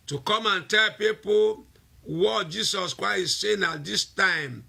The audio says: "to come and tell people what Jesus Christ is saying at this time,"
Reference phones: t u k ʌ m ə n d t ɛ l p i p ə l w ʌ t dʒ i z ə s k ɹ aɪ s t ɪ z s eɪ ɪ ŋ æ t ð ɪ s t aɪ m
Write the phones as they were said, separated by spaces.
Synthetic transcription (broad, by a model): t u k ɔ m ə n t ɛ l p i p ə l w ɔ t dʒ i s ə s k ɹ aɪ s ɪ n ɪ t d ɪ s t aɪ m